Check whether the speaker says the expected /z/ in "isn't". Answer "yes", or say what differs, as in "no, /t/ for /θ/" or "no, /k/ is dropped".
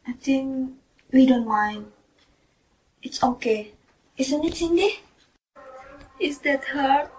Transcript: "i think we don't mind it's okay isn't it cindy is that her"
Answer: no, /s/ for /z/